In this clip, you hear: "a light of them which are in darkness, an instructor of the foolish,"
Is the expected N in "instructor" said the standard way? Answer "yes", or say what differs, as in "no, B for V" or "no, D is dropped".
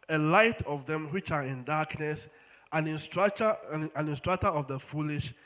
yes